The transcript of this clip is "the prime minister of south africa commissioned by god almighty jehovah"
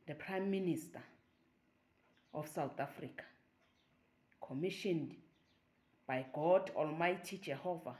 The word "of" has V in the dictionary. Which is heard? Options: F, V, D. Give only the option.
F